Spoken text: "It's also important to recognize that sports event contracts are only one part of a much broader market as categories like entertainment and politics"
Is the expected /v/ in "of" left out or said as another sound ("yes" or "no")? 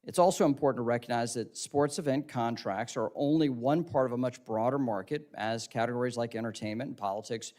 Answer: no